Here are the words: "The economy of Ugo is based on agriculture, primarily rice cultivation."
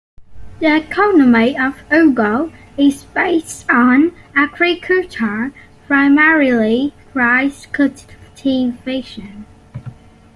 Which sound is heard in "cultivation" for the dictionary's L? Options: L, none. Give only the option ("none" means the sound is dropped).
none